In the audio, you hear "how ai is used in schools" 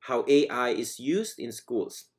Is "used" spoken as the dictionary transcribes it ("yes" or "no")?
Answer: yes